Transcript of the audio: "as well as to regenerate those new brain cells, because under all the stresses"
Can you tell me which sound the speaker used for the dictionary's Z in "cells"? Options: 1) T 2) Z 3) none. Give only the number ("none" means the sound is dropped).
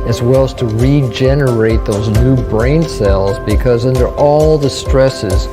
2